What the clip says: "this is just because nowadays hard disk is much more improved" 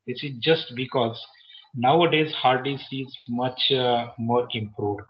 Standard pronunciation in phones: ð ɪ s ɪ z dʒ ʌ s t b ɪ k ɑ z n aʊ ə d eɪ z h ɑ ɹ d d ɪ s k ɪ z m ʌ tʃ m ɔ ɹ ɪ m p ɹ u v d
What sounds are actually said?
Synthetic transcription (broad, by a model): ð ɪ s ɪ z dʒ ʌ s t b ɪ k ɑ z n aʊ ə d eɪ z h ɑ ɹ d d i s ɪ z m ʌ tʃ m ɔ ɹ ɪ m p ɹ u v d